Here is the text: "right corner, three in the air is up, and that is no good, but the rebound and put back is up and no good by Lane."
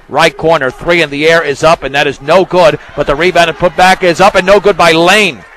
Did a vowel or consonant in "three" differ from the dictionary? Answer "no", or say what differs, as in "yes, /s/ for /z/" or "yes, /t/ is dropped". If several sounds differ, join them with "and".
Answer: no